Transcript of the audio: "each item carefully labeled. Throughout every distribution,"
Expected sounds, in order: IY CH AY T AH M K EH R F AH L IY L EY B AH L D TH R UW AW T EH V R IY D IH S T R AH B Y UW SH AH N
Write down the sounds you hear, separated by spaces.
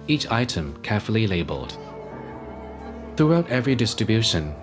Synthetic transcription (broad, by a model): IY CH AY T AH M K EH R F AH L IY L EY B AH L D TH R UW AW T EH V R IY D IH S T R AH B Y UW SH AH N